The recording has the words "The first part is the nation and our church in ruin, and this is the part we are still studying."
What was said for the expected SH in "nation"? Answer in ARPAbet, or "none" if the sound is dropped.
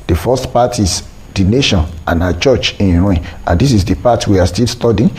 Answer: SH